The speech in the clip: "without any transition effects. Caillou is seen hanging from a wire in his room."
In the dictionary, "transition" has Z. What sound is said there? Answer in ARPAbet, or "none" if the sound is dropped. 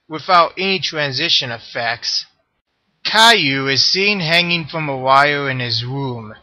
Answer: Z